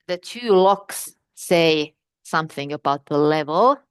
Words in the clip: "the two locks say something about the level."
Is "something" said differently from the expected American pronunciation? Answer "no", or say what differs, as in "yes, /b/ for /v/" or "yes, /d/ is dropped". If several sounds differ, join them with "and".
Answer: no